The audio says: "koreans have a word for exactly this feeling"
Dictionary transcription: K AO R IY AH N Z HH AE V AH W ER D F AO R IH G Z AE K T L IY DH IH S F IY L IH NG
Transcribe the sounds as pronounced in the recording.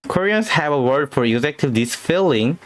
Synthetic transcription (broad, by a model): K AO R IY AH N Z HH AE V AH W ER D F AO R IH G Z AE K T IY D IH S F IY L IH NG